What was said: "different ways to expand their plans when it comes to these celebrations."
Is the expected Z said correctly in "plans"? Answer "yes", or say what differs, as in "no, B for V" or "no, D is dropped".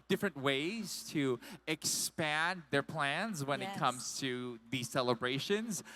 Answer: yes